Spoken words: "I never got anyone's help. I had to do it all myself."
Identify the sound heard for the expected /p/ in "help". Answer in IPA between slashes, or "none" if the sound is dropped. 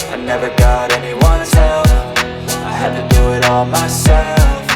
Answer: /f/